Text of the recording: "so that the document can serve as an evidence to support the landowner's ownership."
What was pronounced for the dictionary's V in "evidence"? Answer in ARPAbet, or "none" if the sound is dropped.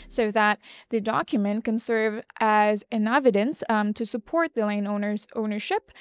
V